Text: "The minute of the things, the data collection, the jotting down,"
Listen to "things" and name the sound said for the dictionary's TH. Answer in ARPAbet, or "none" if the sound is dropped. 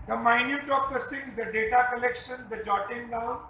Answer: S